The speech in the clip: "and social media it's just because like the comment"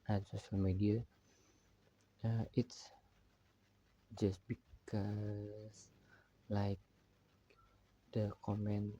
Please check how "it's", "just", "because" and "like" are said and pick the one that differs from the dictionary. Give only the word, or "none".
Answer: because